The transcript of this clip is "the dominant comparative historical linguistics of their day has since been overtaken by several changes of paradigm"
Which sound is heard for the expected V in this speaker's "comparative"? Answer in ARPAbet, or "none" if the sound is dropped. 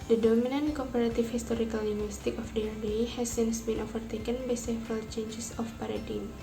F